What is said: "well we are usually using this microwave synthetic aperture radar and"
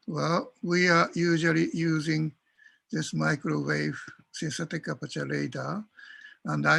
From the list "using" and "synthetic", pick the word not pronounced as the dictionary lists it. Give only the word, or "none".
synthetic